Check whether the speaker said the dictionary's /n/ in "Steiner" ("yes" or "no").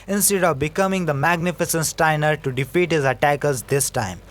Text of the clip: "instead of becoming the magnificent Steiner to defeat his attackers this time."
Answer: yes